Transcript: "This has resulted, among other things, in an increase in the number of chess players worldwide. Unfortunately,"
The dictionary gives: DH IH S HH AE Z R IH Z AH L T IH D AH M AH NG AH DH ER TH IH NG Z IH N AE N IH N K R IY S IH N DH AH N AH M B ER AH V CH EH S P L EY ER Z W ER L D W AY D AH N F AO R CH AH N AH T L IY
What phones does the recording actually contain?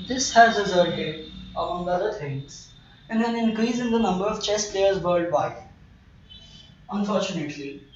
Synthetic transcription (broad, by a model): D IH S HH AE Z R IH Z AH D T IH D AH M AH NG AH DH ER T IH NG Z IH N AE N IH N K R IY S IH N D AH N AH M B ER AH V CH EH S P L EY ER Z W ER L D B AY AH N F AO R CH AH N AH T L IY